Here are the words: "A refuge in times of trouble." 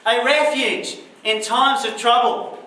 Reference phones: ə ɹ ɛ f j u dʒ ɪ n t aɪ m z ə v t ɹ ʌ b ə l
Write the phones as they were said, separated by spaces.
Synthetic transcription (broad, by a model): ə ɹ ɛ f j u dʒ ɪ n t aɪ m z ə v t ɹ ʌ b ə l